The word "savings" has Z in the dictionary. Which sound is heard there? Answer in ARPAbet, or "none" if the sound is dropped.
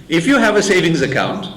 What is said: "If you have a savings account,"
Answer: Z